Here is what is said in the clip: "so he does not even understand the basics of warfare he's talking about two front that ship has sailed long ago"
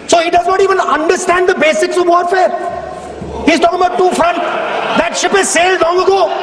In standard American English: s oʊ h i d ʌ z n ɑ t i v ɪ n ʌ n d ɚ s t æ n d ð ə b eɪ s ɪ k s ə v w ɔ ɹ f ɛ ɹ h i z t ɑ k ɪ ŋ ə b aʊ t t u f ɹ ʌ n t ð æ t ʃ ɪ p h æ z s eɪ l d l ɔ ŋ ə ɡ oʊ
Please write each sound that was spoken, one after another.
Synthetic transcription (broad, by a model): s oʊ h i d ʌ z n ɑ t i v ɪ n ʌ n d ɚ s t æ n d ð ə b eɪ s ɪ k s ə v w ɔ ɹ f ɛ ɹ h i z t ɑ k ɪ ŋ ə b aʊ t t u f ɹ ʌ n t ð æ t ʃ ɪ p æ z s eɪ l d l ɔ ŋ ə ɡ oʊ